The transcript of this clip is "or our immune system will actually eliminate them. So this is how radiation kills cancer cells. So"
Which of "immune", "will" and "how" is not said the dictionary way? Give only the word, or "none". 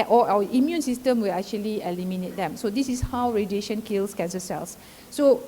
none